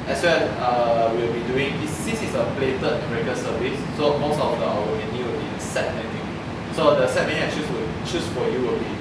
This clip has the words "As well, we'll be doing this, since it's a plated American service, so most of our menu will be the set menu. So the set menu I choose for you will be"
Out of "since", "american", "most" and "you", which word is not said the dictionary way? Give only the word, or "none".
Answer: since